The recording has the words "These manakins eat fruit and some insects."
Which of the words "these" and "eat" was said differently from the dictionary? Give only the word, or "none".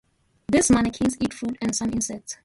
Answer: these